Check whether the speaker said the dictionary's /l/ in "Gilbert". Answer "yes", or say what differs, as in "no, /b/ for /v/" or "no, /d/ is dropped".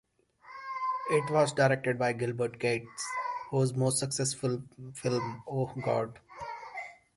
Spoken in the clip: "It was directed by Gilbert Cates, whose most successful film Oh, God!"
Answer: yes